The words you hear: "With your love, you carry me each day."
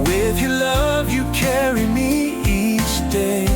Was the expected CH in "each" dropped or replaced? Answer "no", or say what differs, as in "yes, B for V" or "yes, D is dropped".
yes, S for CH